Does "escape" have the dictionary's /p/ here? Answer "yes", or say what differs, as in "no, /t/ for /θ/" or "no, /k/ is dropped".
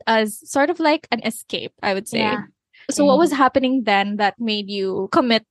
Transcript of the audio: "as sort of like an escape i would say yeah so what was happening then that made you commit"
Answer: yes